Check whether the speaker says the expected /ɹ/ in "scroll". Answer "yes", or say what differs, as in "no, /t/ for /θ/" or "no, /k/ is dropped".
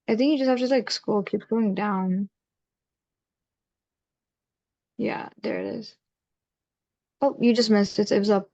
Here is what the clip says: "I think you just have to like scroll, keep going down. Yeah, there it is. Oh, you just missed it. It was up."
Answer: no, /ɹ/ is dropped